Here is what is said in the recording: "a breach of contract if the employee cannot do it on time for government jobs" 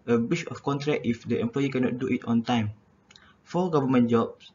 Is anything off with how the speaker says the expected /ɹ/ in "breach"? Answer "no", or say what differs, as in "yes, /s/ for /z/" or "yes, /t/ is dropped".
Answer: yes, /ɹ/ is dropped